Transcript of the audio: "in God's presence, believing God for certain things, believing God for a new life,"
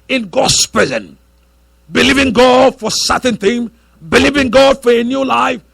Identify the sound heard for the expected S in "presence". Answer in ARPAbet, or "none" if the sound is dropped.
none